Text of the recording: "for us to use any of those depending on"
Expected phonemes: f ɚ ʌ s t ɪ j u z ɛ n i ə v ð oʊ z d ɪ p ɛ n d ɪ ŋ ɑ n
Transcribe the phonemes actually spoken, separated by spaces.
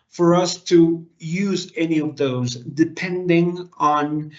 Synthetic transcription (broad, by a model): f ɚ ʌ s t ɪ j u z ɛ n i ə v ð oʊ z d ɪ p ɛ n d ɪ ŋ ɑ n